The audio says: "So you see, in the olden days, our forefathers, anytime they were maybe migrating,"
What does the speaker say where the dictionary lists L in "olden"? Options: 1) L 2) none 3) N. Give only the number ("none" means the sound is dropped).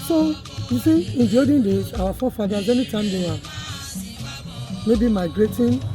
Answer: 2